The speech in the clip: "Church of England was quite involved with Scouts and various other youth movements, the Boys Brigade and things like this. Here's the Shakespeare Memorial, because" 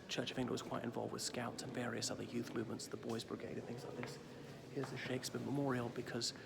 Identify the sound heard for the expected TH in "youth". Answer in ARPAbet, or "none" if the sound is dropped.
TH